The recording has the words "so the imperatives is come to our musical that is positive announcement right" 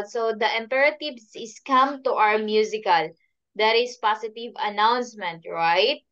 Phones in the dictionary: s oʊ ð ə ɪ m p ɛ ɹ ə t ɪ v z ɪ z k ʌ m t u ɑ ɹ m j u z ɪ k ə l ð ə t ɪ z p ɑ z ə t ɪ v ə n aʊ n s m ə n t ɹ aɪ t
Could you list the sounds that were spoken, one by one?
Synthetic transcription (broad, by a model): s oʊ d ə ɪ m p ɛ ɹ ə t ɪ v s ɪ s k ʌ m t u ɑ w m j u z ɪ k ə l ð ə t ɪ s p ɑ s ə t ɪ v ə n aʊ n s m ə n t ɹ aɪ t